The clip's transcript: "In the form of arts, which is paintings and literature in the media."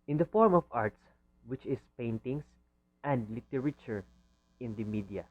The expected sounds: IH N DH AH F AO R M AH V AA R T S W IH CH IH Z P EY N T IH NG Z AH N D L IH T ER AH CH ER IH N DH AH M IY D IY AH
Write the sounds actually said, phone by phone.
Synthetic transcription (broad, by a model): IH N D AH F AO R M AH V AA R T S W IH CH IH S P EY N T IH NG S AH N D L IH T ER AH CH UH IH N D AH M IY D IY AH